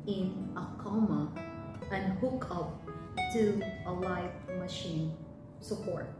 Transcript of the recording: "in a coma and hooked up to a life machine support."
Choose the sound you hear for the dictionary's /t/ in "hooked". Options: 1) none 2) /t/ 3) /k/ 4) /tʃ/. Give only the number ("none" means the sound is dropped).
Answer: 1